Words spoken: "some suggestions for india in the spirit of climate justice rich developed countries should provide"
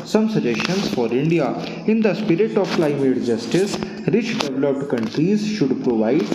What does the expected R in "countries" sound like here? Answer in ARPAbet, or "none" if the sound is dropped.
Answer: R